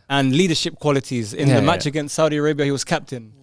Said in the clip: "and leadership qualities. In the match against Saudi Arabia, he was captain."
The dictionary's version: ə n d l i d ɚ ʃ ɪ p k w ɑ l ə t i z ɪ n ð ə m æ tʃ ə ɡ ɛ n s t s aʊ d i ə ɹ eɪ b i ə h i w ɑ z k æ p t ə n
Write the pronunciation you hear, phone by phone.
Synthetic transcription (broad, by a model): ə n l i d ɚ ʃ ɪ p k w ɑ l ə t i z ɪ n ð ə m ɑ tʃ ə ɡ ɛ n s t s aʊ d i ə ɹ eɪ b i ə h i w ɑ z k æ p t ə n